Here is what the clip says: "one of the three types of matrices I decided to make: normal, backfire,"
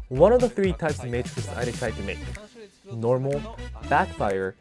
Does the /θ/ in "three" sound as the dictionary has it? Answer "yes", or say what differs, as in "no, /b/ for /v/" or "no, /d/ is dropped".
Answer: yes